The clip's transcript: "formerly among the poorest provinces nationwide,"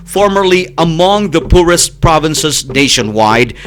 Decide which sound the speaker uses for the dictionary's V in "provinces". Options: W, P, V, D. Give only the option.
V